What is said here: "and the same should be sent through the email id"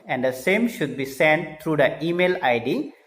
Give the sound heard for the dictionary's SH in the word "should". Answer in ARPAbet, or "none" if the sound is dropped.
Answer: SH